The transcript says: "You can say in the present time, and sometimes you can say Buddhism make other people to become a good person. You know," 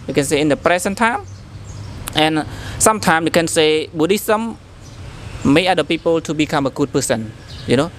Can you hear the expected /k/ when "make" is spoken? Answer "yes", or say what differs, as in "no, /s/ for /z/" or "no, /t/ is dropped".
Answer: no, /k/ is dropped